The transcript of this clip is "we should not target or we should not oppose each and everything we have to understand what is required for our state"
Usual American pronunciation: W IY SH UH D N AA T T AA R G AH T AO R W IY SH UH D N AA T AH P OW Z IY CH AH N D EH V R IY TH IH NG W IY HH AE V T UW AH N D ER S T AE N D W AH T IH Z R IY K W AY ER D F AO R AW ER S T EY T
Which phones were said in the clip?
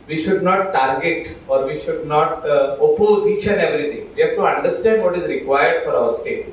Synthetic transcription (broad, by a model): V IY SH UH D N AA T T AA R G AH T AO R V IY SH UH D N AA T AH P OW Z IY SH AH N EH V R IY T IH NG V IY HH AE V T UW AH N D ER S T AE N D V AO T IH Z R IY K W AY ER D F AO R AW ER S T EY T